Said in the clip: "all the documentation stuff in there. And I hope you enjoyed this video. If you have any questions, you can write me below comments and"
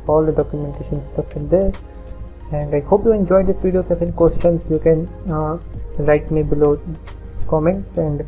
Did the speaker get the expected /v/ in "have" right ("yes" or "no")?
no